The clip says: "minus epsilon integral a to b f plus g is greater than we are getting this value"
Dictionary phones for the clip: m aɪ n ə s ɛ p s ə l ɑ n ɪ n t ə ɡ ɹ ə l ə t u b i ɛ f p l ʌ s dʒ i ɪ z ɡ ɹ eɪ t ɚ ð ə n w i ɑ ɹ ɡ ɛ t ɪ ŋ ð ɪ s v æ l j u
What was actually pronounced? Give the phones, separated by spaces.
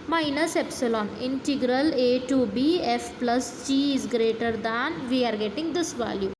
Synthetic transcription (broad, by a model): m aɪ n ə s ɛ p s ə l ɑ n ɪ n t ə ɡ ɹ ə l ə t u b i ɛ f p l ʌ s dʒ i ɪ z ɡ ɹ eɪ t ɚ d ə n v i ɑ ɹ ɡ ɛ t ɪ ŋ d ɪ s v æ l j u